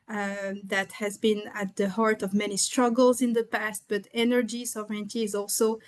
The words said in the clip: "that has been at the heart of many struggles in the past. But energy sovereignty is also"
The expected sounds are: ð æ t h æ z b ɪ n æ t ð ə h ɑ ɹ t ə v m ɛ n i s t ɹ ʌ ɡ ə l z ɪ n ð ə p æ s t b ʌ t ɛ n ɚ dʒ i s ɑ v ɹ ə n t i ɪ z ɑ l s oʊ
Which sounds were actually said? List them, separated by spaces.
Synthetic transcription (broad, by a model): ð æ t h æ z b ɪ n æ t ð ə h ɑ ɹ t ə v m ɛ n i s t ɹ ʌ ɡ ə l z ɪ n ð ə p æ s t b ʌ t ɛ n ɚ dʒ i s ɑ v ɹ ə n t i ɪ z ɑ l s oʊ